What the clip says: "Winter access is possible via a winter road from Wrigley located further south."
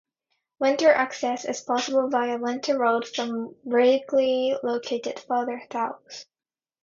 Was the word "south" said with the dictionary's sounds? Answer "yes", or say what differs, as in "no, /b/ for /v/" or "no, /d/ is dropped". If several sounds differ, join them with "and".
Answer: no, /θ/ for /s/